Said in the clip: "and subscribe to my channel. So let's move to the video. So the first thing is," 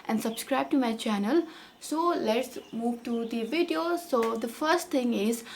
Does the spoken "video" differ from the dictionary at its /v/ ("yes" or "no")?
no